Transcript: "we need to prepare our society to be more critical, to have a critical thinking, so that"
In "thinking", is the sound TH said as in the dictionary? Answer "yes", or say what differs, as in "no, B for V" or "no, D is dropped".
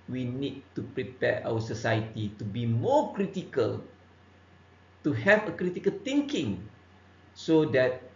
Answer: no, T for TH